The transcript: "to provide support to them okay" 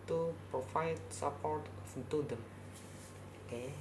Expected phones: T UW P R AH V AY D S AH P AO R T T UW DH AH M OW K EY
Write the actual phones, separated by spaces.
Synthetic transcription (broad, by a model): T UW P R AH F AY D S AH P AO R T T UW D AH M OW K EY